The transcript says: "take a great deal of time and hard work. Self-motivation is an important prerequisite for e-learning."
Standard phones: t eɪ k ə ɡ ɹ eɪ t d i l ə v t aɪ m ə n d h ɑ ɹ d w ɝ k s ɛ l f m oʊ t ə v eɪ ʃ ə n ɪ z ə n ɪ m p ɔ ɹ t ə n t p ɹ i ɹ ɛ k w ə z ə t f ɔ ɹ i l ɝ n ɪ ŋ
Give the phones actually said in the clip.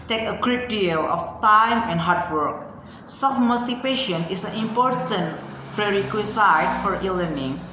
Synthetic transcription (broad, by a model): t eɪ k ə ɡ ɹ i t d i l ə f t aɪ m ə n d h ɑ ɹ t w ɝ k s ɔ f m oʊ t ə p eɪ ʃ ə n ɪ s ə n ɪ m p ɔ ɹ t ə n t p ɹ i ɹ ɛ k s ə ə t f ɔ ɹ i l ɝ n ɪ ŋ